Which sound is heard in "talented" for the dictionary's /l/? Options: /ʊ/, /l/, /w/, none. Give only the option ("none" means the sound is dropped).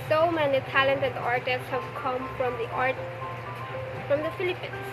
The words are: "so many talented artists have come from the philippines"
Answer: /l/